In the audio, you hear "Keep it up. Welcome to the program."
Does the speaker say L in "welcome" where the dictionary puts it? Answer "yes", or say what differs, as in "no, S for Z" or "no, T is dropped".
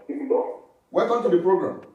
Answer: no, L is dropped